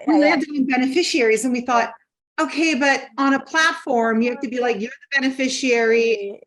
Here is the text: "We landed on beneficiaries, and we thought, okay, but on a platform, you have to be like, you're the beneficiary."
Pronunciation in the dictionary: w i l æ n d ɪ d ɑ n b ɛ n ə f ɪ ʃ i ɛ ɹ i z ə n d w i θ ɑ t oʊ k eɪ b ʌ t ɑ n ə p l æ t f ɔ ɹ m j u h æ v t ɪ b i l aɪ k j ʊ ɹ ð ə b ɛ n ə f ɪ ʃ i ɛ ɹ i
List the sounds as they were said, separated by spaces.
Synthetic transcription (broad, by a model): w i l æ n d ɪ ɪ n b ɛ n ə f ɪ ʃ i ɛ ɹ i z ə n w i θ ɑ t oʊ k eɪ b ʌ t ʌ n ə p l æ t f ɔ ɹ m j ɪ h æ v t ɪ b i l aɪ k j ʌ ɹ ð ə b ɛ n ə f ɪ ʃ i ɛ ɹ i